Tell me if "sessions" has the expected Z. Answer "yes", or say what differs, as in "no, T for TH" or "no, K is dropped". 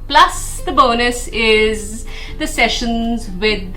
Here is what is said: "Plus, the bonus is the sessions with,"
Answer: yes